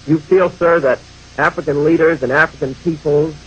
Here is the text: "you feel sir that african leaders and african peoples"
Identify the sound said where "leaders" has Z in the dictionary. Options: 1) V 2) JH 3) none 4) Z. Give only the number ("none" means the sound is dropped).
4